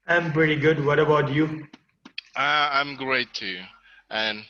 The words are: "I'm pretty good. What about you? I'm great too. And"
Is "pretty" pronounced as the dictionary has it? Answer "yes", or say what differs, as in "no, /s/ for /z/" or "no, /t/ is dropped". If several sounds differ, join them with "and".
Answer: yes